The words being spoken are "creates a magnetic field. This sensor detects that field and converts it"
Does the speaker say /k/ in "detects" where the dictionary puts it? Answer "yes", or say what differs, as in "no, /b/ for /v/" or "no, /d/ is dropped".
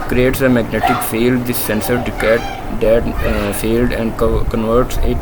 no, /k/ is dropped